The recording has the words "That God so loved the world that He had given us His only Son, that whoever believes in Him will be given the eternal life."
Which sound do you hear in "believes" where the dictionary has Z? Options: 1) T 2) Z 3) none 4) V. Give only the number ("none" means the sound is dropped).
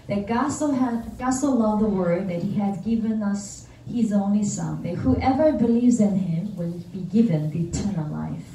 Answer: 2